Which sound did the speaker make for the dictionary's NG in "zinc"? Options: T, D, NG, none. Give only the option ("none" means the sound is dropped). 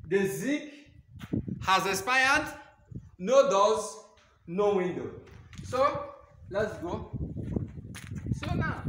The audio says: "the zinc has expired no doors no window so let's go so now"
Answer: none